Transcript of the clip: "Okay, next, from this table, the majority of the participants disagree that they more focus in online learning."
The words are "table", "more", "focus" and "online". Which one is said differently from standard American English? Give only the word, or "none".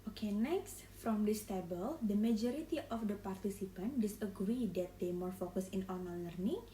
online